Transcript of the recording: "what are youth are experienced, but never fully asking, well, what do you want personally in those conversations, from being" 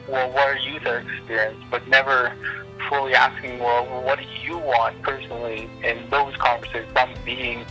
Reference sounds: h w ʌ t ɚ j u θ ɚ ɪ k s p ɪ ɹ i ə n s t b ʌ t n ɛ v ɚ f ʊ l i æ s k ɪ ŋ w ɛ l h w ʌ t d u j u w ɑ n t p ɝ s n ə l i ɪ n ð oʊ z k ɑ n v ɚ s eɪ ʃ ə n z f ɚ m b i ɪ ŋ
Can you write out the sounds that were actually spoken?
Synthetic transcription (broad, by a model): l w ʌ t ɚ j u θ ɚ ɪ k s p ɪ ɹ i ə n s b ʌ t n ɛ v ɚ f ʊ l i æ s k ɪ ŋ w ɛ l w w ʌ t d j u w ɑ n t p ɝ s n l i ɪ n ð oʊ z k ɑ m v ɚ s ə z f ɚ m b i ɪ ŋ